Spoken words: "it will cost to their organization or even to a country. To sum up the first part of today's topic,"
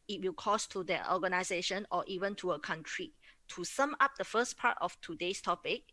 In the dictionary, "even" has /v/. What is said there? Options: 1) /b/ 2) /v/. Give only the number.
2